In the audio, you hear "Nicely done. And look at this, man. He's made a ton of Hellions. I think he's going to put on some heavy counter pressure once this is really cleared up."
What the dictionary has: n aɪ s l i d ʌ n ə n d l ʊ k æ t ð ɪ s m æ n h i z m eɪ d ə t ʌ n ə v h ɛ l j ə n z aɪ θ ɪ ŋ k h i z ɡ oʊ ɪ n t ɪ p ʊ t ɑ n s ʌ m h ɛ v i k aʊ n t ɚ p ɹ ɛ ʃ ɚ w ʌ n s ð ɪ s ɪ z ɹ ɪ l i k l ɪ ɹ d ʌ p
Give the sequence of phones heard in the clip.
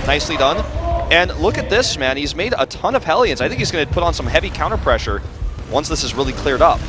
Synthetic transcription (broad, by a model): n aɪ s l i d ʌ n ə n l ʊ k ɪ t ð ɪ s m æ n h i z m eɪ d ə t ʌ n ə v h ɛ l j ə n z aɪ θ ɪ ŋ k h i z ɡ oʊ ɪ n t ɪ p ʊ t n s ʌ m h ɛ v i k aʊ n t ɚ p ɹ ɛ ʃ ɚ w ʌ n s ð ɪ s ɪ z ɹ ɪ l i k l ɪ ɹ d ʌ p